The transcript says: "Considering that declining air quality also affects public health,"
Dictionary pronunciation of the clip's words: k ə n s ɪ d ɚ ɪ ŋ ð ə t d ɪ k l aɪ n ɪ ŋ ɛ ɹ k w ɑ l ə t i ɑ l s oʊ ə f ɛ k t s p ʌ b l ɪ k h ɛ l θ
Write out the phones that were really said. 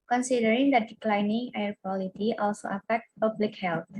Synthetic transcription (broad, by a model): k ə n s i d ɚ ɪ ŋ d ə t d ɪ k l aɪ n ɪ ŋ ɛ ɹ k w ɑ l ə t i ɑ l s oʊ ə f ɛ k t p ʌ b l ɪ k h ɛ l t